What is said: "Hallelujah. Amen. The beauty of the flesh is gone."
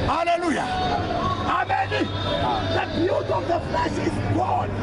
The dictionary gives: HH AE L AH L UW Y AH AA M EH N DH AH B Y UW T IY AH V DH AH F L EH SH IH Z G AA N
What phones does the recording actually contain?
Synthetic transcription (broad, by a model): HH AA L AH L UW Y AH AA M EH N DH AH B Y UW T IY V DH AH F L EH S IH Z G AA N